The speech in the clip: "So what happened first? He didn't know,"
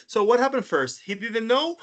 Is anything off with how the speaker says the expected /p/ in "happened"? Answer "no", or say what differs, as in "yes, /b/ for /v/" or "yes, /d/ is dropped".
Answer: no